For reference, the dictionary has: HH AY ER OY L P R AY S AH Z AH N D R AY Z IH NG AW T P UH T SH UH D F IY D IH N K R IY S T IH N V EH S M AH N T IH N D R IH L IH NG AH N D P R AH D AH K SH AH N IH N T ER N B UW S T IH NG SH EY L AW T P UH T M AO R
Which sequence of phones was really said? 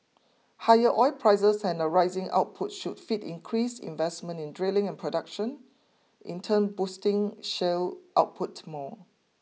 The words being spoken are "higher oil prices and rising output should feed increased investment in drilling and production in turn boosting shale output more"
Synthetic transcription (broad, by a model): HH AY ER OY L P R AY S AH S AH N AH R AY Z IH NG AW T P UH T SH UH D F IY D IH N K R IY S IH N V EH S M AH N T IH N D R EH L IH NG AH N P R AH D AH K SH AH N IH N T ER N B UW S T IH NG SH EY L AW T P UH T M AO